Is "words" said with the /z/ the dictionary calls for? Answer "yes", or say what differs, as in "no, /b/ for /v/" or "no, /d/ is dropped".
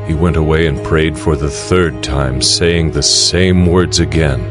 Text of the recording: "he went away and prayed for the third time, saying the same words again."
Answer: yes